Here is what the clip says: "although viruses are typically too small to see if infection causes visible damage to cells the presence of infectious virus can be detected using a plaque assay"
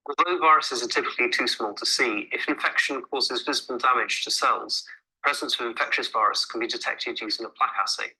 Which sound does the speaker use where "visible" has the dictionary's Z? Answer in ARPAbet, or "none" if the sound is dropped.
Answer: Z